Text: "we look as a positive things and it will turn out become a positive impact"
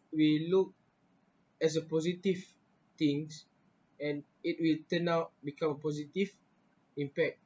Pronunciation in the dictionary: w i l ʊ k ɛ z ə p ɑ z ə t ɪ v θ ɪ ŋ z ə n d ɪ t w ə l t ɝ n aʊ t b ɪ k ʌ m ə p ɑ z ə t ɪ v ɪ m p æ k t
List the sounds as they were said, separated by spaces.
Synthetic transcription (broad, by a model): w i l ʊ k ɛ s ə p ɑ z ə t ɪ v t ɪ ŋ s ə n ɪ t w ə l t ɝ n aʊ t b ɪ k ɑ m ə p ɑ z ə t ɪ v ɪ m p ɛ k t